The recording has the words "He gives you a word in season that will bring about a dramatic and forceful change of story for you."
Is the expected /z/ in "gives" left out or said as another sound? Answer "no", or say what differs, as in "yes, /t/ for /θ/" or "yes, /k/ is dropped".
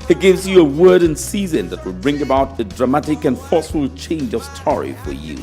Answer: no